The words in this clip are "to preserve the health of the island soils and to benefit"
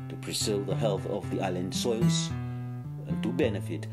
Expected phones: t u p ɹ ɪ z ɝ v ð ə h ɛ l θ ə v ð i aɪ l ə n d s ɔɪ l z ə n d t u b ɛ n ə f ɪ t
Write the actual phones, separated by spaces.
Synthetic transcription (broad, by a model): t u p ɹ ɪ s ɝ ð ə h ɛ l θ ə v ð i aɪ l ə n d s ɔɪ l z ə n t u b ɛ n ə f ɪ t